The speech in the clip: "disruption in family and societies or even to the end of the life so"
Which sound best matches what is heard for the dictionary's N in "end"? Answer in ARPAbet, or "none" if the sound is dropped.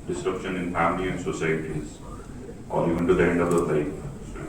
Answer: N